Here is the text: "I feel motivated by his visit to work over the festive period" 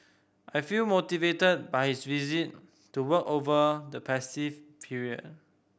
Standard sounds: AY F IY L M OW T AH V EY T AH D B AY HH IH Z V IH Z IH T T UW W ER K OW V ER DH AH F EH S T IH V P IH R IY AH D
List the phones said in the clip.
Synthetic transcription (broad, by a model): AY F IY L M OW T AH V EY T AH D B AY HH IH S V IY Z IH T T UW W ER K OW V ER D AH P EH S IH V P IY R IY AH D